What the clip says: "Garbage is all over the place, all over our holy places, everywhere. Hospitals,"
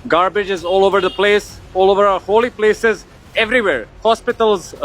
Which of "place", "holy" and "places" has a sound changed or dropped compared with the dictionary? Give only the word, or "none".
none